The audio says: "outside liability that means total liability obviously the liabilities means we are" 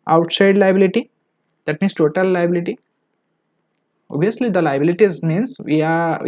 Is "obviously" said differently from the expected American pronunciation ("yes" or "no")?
yes